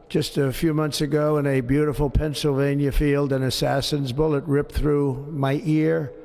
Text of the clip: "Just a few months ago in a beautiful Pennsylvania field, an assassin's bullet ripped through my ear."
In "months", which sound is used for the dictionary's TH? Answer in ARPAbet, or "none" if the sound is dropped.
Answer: TH